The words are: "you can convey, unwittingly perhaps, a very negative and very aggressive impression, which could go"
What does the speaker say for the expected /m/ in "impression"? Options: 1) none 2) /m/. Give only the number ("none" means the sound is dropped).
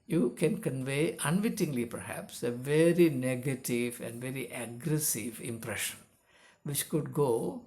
2